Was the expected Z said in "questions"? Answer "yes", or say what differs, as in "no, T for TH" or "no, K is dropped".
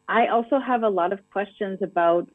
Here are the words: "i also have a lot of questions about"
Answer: yes